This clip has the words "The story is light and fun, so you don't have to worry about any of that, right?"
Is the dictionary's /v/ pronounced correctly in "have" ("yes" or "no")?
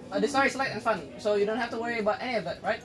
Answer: no